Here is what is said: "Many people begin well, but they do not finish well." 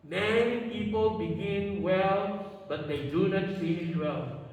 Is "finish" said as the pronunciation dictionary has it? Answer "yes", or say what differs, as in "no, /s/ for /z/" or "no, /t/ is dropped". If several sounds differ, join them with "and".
no, /l/ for /n/